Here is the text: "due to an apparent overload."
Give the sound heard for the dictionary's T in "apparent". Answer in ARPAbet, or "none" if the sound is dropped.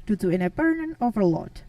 none